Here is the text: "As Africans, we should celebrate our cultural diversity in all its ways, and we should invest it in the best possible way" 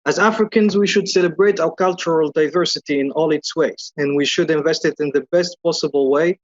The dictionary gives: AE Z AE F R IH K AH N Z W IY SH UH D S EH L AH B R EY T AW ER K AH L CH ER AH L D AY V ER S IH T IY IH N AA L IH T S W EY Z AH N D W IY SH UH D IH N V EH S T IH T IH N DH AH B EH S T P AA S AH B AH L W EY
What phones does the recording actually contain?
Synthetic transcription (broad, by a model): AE Z AE F R IH K AH N Z W IY SH UH D S EH L AH B R EY T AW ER K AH L CH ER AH L D AY V ER S IH T IY IH N AA L IH T S W EY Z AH N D W IY SH UH D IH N V EH S T IH T IH N DH AH B EH S T P AA S AH B AH L W EY